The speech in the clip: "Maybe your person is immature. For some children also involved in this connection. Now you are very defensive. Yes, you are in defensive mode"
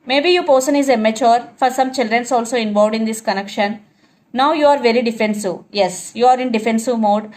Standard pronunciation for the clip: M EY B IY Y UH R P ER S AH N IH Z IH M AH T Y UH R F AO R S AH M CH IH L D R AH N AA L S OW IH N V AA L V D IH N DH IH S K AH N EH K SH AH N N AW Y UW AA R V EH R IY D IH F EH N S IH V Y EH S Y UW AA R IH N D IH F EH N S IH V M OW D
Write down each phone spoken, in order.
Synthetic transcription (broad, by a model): M EY B IY Y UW P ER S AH N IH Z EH M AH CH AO R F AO R S AH M CH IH L D R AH N AA L S OW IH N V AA V D IH N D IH S K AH N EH K SH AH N N AW Y UW AA R V EH R IY D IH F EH N S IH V Y EH S Y UW AA R IH N D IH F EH N S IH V M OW D